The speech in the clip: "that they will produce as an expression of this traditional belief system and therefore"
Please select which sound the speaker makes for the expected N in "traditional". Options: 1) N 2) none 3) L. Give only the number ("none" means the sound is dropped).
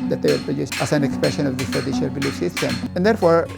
2